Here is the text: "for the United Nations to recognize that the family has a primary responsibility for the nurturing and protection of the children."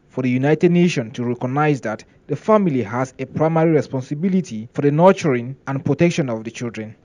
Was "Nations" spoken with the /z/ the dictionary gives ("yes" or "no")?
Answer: no